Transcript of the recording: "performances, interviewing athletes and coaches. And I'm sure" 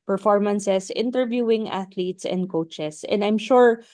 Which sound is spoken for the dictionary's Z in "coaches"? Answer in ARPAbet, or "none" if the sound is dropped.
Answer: S